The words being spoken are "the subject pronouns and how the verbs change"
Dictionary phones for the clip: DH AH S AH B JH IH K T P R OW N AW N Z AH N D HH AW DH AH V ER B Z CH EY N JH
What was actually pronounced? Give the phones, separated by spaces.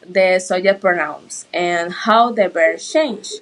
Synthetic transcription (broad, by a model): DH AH S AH JH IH T P R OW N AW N S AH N HH AW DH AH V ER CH EY N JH